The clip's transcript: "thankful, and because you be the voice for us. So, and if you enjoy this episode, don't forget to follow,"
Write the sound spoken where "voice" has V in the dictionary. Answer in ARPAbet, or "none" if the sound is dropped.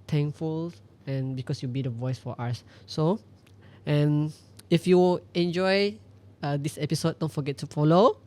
V